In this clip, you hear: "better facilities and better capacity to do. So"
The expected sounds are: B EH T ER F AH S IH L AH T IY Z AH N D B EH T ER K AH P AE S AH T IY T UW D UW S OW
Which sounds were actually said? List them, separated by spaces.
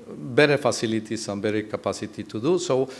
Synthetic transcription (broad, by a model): B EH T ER F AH S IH L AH T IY S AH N B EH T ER K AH P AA S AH T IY T UW D UW S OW